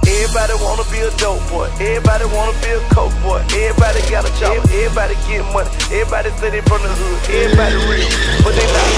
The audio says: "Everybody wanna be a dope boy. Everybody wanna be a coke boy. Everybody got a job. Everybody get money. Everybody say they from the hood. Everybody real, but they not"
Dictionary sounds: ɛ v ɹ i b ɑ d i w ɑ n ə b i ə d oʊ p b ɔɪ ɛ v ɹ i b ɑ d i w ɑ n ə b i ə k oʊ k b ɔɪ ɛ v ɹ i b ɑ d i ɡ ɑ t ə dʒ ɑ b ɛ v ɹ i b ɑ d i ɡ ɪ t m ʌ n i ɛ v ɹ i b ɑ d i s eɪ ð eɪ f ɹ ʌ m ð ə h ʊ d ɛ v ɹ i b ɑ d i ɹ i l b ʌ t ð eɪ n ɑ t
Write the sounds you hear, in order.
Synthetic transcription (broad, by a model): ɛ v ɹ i b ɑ d i w ɑ n ə b i ə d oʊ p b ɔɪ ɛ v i b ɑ d i w ɑ n ə b i ə k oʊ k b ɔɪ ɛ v i b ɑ d i ɡ ɑ t ə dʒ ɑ ɛ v i b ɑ d i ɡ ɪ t m ʌ n i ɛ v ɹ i b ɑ d i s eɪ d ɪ f ɹ ʌ m ð ə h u ɛ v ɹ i b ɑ d i ɹ i l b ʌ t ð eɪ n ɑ